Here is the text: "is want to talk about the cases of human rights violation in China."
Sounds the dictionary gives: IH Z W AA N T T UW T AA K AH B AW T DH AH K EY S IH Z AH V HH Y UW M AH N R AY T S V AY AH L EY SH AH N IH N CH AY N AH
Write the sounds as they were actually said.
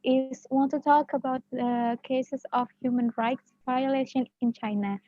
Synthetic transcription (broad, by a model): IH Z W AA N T T UW T AA K AH B AW T DH AH K EY S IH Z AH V HH Y UW M AH N R AY T S V AY AH L EY SH AH N IH N CH AY N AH